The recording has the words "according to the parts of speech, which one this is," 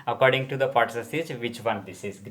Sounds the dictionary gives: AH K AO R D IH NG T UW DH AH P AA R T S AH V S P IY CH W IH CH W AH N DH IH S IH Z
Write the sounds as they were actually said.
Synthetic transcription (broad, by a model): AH K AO R D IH NG T UW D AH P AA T S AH S IY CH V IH CH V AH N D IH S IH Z